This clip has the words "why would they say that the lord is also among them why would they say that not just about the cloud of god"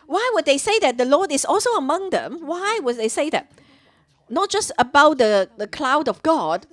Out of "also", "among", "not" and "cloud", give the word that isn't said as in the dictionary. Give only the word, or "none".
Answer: none